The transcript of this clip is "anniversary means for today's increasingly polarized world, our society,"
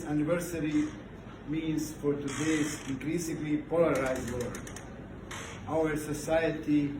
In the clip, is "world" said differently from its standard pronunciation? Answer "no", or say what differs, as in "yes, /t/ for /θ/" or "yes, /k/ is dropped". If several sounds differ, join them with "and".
yes, /l/ is dropped